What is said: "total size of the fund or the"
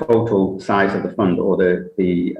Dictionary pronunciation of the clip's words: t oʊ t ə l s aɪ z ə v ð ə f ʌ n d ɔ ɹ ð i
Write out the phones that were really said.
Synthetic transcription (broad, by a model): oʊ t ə l s aɪ z ə v ð ə f ʌ n d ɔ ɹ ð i